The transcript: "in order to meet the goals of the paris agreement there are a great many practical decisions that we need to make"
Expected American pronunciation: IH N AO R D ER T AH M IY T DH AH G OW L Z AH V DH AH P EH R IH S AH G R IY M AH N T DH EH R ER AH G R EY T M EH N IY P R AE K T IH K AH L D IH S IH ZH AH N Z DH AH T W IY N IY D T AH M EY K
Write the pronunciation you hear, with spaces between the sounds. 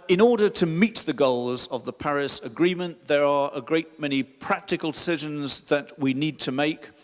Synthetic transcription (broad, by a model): IH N AO R D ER T AH M IY T DH AH G OW L Z AH V DH AH P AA R IH S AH G R IY M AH N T DH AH R ER AH G R EY T M EH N IY P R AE K T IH K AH L D IH S IH ZH AH N Z DH AH T W IY N IY D T AH M EY K